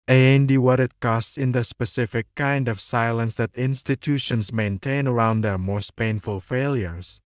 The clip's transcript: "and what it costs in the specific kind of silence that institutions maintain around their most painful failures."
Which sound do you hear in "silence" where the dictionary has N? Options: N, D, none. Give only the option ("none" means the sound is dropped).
N